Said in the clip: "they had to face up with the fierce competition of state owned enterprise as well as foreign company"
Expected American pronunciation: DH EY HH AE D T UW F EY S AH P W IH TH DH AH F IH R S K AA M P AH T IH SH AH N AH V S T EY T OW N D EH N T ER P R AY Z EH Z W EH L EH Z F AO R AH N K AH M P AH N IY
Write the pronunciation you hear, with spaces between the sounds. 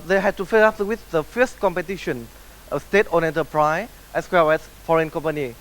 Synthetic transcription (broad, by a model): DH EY HH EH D T UW F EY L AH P W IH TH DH AH F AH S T K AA M P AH T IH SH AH N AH S T EY T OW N EH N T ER P R AY EH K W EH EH S F AO R AH N K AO M P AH N IY